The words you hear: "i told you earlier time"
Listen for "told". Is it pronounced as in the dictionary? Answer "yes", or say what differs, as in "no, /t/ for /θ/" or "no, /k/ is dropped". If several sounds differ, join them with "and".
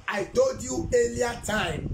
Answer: no, /l/ is dropped